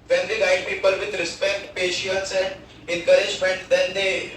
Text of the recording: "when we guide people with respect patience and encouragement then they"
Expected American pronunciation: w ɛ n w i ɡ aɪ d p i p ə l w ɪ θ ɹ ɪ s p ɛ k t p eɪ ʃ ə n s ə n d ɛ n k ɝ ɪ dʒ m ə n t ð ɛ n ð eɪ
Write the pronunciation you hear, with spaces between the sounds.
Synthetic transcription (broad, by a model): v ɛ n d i ɡ aɪ d p i p ə l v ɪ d ɹ ɪ s p ɛ k t p eɪ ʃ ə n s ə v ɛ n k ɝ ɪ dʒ m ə n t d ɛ n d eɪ